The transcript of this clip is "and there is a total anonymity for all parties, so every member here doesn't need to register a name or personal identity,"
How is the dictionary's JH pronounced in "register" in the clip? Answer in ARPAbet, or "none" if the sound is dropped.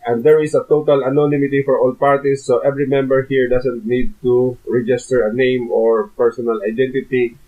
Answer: JH